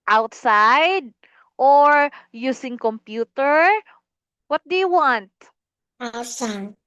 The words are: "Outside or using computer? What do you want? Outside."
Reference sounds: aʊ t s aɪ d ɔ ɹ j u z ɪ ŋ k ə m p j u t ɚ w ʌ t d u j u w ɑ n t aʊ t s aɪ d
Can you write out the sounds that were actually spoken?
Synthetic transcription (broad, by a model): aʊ t s aɪ d ɔ ɹ j u s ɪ ŋ k ə m p j u t ɚ w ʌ t d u j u w ɑ n t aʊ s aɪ